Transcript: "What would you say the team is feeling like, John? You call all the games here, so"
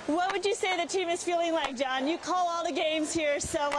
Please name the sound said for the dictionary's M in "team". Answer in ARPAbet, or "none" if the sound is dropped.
M